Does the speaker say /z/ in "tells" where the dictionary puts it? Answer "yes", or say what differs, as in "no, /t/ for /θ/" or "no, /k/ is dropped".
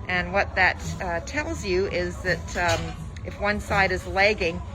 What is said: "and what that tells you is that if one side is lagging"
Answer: yes